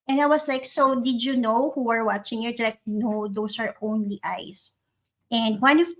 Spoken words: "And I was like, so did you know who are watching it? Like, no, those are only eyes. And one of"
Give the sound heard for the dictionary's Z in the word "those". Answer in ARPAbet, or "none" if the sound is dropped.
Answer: S